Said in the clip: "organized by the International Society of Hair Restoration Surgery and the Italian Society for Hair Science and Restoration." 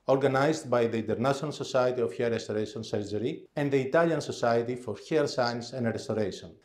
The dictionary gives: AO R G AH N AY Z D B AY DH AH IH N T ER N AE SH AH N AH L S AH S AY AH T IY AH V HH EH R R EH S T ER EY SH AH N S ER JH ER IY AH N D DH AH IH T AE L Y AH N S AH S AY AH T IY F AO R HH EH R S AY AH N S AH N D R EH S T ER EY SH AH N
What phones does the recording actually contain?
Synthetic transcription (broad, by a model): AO R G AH N AY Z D B AY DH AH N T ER N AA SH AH N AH L S AH S AY AH T IY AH F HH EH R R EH S T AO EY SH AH N S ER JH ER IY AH N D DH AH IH T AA L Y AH N S AH S AY AH T IY F AO R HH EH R S AY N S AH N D R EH S T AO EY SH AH N